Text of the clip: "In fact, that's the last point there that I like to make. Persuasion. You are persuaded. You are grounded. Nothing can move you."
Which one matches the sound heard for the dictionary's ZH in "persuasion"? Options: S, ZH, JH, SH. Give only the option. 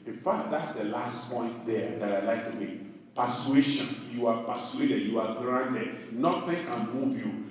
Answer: SH